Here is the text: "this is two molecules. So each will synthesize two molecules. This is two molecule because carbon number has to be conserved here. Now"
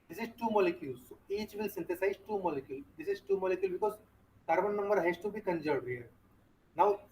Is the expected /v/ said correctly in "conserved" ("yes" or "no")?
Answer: no